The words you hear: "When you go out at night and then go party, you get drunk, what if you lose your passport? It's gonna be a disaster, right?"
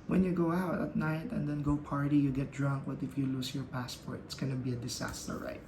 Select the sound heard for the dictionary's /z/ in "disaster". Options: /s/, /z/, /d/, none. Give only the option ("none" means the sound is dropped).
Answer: /s/